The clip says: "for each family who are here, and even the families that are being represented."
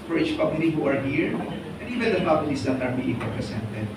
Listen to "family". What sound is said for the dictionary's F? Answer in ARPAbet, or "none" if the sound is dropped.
P